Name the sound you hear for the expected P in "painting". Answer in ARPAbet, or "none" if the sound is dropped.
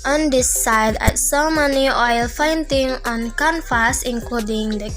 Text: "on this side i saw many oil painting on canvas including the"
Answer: F